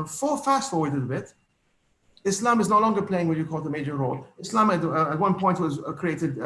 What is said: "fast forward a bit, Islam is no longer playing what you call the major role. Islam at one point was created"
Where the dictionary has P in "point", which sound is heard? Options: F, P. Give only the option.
P